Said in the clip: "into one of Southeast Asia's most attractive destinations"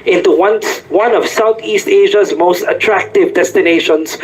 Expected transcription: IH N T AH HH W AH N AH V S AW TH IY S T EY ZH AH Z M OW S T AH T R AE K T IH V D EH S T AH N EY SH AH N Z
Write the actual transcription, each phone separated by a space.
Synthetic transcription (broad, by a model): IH N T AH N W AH N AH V S AW T IY S T EY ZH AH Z M OW S T AH T R AE K T IH V D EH S T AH N EY SH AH N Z